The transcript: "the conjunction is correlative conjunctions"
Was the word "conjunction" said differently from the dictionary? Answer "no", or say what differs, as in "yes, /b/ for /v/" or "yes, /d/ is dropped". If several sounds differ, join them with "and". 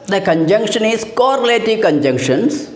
no